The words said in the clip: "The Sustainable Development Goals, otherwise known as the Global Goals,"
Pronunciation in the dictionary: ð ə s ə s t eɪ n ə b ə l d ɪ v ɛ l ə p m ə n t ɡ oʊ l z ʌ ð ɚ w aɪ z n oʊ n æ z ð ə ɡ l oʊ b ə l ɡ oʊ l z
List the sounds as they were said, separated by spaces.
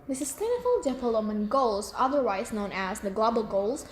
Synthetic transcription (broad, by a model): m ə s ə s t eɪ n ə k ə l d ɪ p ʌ l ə m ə n ɡ oʊ l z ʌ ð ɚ w aɪ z n oʊ n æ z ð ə ɡ l oʊ b ə l ɡ oʊ l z